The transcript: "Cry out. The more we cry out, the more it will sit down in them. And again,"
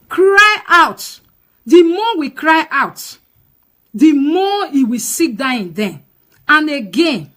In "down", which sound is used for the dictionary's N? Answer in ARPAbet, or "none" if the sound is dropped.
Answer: none